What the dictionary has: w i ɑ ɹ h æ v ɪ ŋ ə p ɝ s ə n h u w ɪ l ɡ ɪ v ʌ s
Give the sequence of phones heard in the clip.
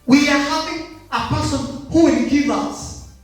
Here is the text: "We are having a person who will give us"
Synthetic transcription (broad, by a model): w i ɑ ɹ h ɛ p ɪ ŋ ə p ɝ s ə n h u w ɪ n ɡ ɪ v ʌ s